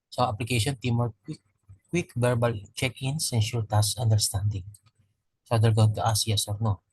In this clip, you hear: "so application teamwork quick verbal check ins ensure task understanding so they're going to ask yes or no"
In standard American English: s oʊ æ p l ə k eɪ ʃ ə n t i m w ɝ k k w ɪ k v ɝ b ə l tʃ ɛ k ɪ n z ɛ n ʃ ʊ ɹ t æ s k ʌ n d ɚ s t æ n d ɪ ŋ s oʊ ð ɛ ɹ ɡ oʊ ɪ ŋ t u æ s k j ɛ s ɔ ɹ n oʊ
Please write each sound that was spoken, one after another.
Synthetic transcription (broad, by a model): s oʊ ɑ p l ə k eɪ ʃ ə n t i m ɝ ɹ k w ɪ k b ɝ b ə l tʃ ɛ k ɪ n s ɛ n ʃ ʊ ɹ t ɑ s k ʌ n d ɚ s t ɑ n d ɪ ŋ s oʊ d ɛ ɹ ɡ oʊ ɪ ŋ t u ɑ s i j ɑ s ɔ ɹ n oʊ